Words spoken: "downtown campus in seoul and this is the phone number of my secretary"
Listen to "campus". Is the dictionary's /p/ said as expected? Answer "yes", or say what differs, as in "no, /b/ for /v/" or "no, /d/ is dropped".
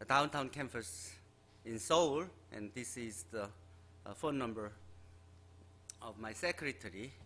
no, /f/ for /p/